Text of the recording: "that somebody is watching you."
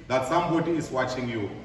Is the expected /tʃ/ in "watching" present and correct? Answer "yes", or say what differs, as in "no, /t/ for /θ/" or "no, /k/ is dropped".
yes